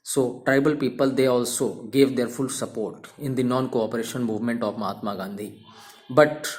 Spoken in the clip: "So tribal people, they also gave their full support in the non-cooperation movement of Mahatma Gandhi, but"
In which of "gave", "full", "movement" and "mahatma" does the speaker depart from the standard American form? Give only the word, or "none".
none